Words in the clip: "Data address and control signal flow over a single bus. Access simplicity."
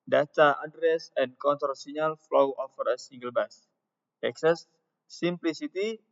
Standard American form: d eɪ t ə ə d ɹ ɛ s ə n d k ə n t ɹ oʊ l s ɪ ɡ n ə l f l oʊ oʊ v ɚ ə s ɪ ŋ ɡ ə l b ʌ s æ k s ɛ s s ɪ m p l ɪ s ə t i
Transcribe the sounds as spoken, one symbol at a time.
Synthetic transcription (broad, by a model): d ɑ t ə ə d ɹ ɛ s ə n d k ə n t oʊ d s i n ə l f l oʊ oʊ f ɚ ə s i ŋ ɡ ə l b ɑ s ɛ k s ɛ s s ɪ m p l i s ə t i